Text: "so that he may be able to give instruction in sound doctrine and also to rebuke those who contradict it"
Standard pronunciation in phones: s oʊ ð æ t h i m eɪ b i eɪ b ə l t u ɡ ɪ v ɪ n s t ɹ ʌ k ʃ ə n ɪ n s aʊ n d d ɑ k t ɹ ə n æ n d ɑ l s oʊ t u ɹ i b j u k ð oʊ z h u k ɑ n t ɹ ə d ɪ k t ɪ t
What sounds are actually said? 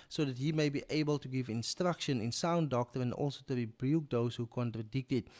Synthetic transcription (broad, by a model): s oʊ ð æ t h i m eɪ b i eɪ b ə l t u ɡ ɪ v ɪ n s t ɹ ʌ k ʃ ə n ɪ n s aʊ n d d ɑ k t ə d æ n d ɑ l s oʊ t u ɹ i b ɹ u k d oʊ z h u k ɑ n t ɹ ə d ɪ k t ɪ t